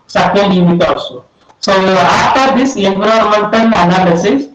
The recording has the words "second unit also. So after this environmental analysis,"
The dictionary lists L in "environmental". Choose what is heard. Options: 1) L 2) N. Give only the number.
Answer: 2